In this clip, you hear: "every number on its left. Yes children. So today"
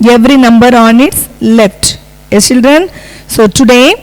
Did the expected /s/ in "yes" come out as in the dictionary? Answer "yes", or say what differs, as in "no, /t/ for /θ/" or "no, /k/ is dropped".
no, /s/ is dropped